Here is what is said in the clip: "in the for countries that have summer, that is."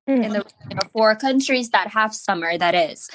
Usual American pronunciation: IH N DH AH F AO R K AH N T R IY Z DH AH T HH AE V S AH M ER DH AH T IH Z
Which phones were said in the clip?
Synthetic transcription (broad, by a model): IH N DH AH F AO R K AH N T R IY Z DH AH T HH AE F S AH M ER DH AH T IH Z